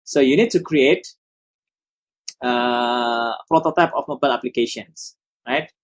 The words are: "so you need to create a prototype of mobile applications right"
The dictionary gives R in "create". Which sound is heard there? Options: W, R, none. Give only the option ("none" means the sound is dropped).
R